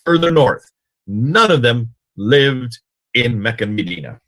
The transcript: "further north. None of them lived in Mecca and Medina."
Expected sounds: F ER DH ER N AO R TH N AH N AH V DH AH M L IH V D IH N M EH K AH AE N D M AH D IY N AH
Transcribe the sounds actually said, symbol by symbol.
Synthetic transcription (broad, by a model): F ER DH ER N AO R TH N AH N AH V DH AH M L IH V D IH N M EH K AH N M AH D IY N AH